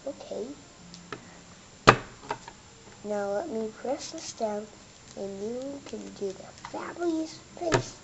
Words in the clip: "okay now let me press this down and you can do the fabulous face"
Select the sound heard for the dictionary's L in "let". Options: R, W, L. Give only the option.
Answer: L